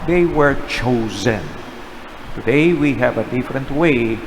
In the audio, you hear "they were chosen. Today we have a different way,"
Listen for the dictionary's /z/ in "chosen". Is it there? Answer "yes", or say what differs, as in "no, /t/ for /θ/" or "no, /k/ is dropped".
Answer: yes